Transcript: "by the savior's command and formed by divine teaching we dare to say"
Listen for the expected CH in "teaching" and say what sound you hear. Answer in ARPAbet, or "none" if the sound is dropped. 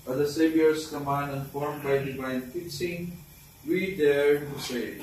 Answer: S